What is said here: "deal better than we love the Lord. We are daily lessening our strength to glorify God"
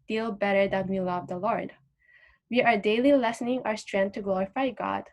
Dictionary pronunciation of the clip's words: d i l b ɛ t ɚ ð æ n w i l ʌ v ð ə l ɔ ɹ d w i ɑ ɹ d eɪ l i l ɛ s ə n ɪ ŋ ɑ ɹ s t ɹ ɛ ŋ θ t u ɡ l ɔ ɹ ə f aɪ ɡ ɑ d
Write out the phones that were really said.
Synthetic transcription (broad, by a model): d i l b ɛ t ɚ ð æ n w i l ʌ v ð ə l ɔ ɹ d w i ɑ ɹ d eɪ l i l ɛ s ə n ɪ ŋ ɑ ɹ s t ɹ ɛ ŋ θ t u ɡ l ɔ ɹ ə f aɪ ɡ ɑ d